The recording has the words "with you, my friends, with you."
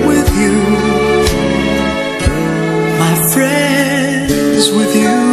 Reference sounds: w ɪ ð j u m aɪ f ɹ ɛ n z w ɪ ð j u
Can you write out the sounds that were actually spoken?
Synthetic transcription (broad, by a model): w ɪ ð j u m aɪ f ɹ ɛ n z w ɪ ð j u